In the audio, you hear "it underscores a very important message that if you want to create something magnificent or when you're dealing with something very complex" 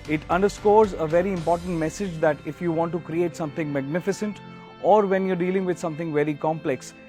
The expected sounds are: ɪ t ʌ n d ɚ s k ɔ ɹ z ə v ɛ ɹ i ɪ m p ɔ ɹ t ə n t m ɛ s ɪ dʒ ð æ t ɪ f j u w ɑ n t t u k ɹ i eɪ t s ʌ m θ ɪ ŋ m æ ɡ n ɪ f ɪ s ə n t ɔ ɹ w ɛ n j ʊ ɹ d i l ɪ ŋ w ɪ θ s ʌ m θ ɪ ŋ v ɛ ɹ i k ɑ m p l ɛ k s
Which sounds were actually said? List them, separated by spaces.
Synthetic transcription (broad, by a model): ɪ t ʌ n d ɚ s k ɔ ɹ z ə v ɛ ɹ i ɪ m p ɔ ɹ t ə n t m ɛ s ɪ dʒ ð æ t ɪ f j u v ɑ n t t u k ɹ i eɪ t s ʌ m t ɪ ŋ m æ ɡ n ɪ f ɪ s ə n t ɔ ɹ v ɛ n j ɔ ɹ d i l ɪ ŋ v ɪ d s ʌ m t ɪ ŋ v ɛ ɹ i k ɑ m p l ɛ k s